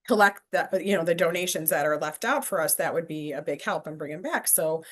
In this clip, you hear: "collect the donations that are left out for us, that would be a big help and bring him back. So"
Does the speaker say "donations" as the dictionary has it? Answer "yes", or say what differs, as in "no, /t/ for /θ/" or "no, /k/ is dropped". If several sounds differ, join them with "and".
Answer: yes